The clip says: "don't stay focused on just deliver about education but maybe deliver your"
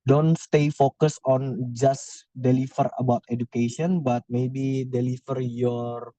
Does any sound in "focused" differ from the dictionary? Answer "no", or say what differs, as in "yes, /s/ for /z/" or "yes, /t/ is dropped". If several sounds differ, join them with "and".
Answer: yes, /t/ is dropped